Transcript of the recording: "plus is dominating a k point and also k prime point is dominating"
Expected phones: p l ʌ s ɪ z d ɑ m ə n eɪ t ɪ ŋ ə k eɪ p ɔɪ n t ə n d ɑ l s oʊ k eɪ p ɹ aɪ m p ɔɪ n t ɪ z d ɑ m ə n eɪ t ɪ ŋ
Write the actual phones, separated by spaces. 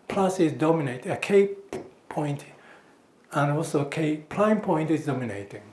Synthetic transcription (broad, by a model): p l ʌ s ɪ z d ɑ m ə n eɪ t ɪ ə k eɪ p ɔɪ n t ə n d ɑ l s oʊ k eɪ p l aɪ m p ɔɪ n t ɪ z d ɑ m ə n eɪ t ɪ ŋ